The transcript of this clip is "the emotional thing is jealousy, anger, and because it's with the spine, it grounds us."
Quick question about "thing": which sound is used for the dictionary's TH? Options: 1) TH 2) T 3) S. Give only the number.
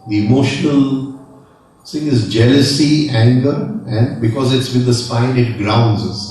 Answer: 3